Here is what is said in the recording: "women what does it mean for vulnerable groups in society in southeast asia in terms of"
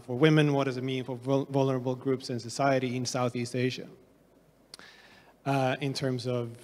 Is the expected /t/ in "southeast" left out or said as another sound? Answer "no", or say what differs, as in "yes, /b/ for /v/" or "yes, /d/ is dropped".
no